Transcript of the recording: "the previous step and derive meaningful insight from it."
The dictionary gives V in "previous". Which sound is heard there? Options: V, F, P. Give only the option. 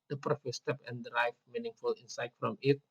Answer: F